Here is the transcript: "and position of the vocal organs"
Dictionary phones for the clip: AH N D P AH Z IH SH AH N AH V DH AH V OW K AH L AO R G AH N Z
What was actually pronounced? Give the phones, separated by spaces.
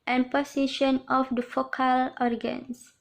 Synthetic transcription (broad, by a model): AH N P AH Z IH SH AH N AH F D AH F OW K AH L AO R G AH N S